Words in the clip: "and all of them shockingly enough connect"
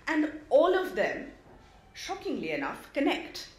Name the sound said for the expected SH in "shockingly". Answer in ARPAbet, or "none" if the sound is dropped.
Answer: SH